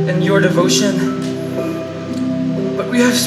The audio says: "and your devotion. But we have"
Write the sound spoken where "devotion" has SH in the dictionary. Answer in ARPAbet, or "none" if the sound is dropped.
SH